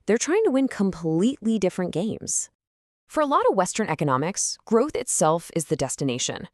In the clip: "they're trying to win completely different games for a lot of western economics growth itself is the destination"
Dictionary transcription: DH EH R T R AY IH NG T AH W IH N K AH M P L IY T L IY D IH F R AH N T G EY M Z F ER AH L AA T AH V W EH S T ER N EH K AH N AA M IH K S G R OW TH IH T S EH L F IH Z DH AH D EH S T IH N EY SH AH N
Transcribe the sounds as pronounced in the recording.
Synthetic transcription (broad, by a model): DH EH R T R AY IH NG T AH W IH N K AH M P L IY T L IY D IH F R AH N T G EY M Z F ER AH L AA T AH V W EH S T ER N EH K AH N AA M IH K S G R OW TH IH T S EH L F IH Z DH AH D EH S T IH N EY SH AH N